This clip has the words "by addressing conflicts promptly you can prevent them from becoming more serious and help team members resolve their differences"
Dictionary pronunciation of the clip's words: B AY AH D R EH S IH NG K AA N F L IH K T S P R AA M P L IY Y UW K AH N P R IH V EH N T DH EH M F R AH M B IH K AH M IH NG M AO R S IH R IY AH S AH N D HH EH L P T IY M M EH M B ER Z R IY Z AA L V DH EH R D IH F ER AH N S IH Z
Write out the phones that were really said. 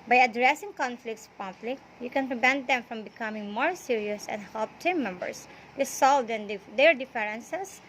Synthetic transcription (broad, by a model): B AY AH D R EH S IH NG K AA N F L IH K T S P AA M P L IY Y UW K AH N P R IH V EH N T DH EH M F R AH M B IH K AH M IH NG M AO R S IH R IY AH S AH N D HH EH L P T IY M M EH M B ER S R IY S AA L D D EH R D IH F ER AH N S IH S